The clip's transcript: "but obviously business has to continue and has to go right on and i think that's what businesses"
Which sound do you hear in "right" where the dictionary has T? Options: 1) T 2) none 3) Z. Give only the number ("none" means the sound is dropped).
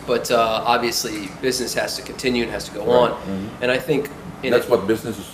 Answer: 2